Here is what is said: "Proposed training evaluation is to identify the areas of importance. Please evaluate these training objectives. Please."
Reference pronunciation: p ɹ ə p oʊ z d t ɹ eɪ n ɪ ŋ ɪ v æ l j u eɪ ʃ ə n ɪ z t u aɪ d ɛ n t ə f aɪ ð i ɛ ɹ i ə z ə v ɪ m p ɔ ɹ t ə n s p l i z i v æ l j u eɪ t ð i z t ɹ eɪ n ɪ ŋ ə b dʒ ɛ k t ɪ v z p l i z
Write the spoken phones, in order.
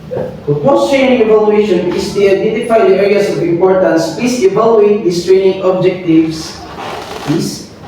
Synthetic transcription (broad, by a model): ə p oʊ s t ɹ eɪ n ɪ ŋ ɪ v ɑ l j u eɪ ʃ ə n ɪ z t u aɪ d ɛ n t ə f aɪ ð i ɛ ɹ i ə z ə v ɪ m p ɔ ɹ t ə n s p i s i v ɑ l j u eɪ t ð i s t ɹ eɪ n ɪ ŋ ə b dʒ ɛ k t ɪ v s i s